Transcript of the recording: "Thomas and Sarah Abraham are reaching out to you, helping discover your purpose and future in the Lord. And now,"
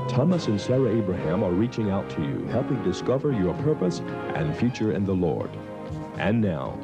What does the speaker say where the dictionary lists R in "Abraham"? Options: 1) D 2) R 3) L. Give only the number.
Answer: 2